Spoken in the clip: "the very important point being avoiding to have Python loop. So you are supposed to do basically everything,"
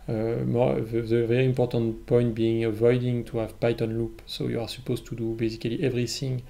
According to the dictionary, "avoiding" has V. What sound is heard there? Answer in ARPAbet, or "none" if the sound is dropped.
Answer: V